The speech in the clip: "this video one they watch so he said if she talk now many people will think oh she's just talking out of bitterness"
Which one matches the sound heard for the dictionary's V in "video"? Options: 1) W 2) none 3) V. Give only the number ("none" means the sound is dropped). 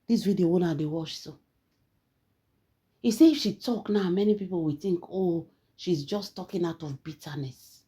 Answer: 1